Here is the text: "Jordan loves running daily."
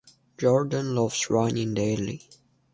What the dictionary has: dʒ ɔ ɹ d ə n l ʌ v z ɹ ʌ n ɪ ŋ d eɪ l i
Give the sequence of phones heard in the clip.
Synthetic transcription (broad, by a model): dʒ ɔ ɹ d ə n l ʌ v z ɹ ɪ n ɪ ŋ d eɪ l i